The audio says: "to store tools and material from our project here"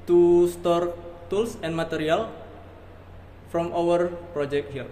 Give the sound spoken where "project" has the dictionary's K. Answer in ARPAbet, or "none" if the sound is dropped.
K